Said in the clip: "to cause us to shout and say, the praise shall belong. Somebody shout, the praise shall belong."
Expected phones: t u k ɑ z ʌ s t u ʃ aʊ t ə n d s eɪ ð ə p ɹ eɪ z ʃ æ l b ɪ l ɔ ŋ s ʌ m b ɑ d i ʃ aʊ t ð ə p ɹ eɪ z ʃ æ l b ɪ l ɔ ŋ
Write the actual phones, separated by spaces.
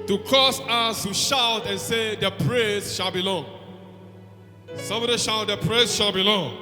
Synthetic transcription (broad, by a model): t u k ɑ s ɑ s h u ʃ aʊ t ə n s eɪ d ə p ɹ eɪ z ʃ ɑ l b ɪ l ɔ ŋ s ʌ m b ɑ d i ʃ aʊ t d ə p ɹ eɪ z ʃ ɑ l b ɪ l ɔ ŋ